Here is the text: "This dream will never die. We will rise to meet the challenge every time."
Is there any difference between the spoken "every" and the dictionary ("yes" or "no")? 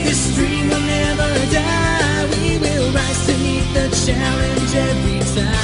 yes